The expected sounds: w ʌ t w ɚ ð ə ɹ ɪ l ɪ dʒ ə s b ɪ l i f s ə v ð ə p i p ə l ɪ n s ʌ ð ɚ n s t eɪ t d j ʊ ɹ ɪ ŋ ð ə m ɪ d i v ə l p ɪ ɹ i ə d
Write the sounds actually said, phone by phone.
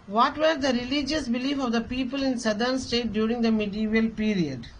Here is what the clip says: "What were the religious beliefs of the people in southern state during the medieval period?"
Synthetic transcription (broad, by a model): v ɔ t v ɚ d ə ɹ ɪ l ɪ dʒ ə s b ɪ l i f ə v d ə p i p ə l ɪ n s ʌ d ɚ n s t eɪ t d j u ɹ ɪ ŋ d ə m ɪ d i v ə l p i ɹ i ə d